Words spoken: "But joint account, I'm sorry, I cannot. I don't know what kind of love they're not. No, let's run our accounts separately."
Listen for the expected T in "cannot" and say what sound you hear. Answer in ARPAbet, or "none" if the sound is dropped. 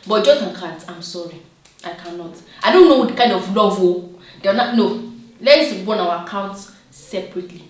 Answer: T